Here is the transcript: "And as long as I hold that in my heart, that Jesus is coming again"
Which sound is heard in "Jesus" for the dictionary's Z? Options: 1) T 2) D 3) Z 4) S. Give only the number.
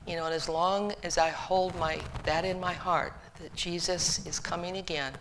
3